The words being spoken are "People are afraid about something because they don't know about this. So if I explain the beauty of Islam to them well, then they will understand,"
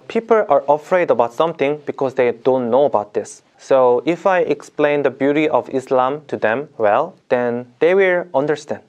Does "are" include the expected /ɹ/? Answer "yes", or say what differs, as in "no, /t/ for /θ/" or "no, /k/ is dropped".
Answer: yes